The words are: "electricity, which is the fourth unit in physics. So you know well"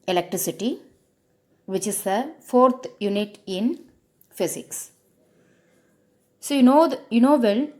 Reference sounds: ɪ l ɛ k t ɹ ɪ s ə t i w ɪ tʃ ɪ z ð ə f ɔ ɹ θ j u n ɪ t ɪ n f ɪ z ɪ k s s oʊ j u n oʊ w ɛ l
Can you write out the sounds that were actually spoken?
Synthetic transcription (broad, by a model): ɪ l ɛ k t ɹ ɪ s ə t i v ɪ tʃ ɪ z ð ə f ɔ ɹ t j u n ɪ t ɪ n f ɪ s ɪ k s s oʊ j u n oʊ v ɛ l